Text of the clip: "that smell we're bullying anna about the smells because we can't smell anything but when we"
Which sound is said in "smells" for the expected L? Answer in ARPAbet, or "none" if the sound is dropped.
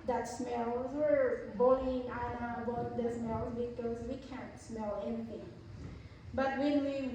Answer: L